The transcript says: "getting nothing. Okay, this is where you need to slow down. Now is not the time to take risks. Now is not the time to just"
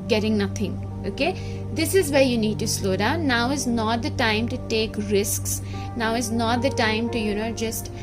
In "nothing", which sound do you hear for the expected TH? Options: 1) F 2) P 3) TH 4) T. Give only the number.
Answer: 4